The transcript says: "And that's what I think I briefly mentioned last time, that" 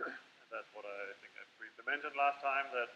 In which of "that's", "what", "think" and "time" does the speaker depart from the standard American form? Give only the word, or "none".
none